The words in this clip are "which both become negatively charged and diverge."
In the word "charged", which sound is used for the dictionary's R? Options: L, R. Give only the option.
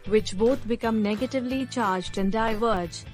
R